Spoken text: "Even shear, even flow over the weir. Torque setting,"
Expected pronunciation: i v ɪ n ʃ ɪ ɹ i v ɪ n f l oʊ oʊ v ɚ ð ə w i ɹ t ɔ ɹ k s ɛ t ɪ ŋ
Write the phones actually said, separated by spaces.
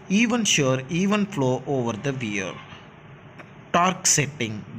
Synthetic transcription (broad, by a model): i v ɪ n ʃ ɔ ɹ i v ɪ n f l oʊ oʊ v ɚ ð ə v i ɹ t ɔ ɹ k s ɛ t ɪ ŋ